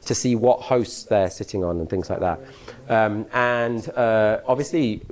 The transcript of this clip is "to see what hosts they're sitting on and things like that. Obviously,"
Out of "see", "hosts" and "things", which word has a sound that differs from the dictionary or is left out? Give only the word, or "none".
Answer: none